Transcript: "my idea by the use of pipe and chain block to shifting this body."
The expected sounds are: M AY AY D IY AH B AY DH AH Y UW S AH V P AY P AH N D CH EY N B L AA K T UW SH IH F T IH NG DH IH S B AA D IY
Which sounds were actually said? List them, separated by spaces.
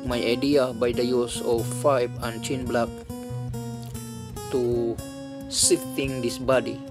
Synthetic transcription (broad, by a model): M AY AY D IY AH B AY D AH Y UW S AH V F AY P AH N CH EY N B L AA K T UW S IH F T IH NG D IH S B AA D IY